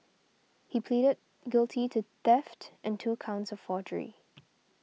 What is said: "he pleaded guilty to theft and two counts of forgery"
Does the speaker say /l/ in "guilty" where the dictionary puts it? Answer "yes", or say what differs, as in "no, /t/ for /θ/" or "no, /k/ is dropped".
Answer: yes